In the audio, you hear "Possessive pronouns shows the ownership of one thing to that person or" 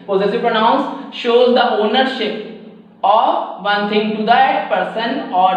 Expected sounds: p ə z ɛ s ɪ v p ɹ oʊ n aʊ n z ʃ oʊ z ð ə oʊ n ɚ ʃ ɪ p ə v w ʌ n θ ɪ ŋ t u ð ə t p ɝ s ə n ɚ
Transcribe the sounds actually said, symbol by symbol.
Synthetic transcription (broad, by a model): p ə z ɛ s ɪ p ɹ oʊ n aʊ n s ʃ oʊ z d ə oʊ n ɚ ʃ ɪ p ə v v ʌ n t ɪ ŋ t u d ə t p ɝ s ə n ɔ